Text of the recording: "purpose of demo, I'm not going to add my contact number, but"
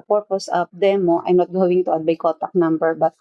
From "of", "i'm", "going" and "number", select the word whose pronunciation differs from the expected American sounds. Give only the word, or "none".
of